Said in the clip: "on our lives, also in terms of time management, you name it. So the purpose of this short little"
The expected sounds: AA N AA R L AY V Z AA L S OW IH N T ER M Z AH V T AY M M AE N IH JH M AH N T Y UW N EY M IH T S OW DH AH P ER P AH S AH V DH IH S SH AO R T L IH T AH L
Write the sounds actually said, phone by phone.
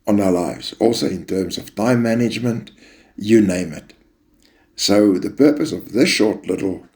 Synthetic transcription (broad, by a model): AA N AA L AY V Z AA L S OW IH N T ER M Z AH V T AY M M AE N IH JH M AH N T Y UW N EY M IH T S OW DH AH P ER P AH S AH V DH IH S SH AO R T L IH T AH L